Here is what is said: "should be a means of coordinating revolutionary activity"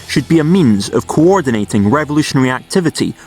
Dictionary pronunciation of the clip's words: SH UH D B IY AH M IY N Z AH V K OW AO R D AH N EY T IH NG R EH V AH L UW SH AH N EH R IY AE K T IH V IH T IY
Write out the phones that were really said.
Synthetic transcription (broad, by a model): SH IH D B IY AH M IY N Z AH V K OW AO R D N EY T IH NG R EH V AH L UW SH AH N EH R IY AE K T IH V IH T IY